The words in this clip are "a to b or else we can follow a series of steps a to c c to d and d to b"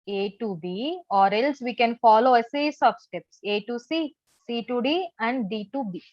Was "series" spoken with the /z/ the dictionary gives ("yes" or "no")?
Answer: no